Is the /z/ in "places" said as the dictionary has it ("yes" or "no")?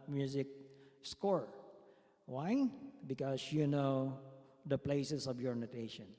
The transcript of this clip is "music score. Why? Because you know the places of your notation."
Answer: no